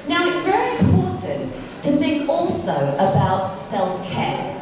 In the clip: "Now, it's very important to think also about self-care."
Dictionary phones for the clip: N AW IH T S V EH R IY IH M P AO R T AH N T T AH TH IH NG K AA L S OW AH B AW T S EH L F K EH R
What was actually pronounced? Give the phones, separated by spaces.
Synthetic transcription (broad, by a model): N AW IH T S V EH R IY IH M P AO T N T T AH TH IH NG K AA L S OW AH B AW T S EH L F K EH